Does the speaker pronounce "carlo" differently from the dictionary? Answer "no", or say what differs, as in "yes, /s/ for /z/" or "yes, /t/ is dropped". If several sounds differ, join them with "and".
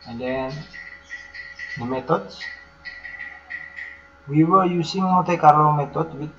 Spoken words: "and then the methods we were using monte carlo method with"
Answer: yes, /l/ is dropped